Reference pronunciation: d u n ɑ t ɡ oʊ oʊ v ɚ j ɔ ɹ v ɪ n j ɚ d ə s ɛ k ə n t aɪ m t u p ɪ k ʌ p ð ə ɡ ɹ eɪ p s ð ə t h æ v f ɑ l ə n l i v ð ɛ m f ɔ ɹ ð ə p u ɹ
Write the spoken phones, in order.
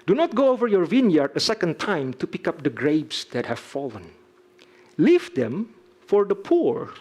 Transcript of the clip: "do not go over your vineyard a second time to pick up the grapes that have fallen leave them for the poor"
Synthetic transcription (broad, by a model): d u n ɑ t ɡ oʊ oʊ v ɚ j ɔ ɹ v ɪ n j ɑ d ə s ɛ k ə n t aɪ m t u p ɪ k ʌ p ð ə ɡ ɹ eɪ b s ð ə t h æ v f ɑ l ə n l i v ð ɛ m f ɔ ɹ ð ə p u ɹ